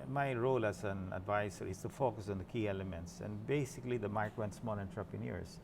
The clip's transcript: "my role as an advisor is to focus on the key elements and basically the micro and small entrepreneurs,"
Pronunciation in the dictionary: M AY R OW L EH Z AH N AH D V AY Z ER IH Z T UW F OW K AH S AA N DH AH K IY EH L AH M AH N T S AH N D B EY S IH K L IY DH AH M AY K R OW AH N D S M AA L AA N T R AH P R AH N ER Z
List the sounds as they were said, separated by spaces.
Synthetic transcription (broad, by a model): M AY R OW L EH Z AH N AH D V AY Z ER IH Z T UW F OW K AH S AA N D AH K IY EH L AH M AH N T S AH N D B EY S IH K L IY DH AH M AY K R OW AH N S M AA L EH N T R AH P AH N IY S